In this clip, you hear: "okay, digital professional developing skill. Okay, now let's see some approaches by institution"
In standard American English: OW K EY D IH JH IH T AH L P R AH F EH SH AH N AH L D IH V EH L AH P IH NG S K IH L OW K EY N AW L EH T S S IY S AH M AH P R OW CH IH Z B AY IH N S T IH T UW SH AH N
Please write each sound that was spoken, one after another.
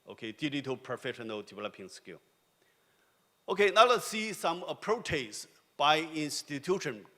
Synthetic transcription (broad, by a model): OW K EY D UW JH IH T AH P R AH F EH SH AH N AH L D IH V EH L AH P IH NG S K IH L OW K EY N AW L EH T S S IY S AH M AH P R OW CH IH S B AY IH N S T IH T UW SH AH N